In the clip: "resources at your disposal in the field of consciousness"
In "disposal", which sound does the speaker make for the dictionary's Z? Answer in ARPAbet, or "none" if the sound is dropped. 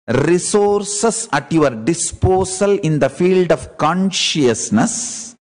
S